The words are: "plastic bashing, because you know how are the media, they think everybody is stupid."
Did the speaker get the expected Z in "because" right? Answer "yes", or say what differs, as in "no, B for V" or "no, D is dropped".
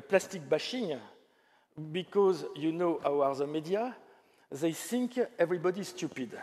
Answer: yes